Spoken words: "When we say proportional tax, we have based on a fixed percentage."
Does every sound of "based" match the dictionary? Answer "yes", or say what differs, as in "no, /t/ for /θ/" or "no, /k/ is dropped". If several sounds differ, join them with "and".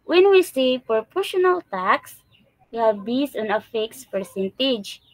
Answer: no, /t/ is dropped